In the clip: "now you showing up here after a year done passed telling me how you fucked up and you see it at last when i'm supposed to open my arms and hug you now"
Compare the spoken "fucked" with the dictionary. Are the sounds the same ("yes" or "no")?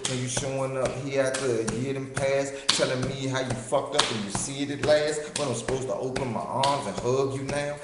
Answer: no